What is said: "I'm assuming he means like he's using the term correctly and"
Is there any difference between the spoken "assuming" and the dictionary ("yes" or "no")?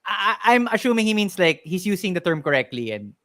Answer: yes